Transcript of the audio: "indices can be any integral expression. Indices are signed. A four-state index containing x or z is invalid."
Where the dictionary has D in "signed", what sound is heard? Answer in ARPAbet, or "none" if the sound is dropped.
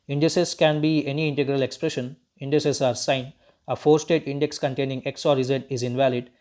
none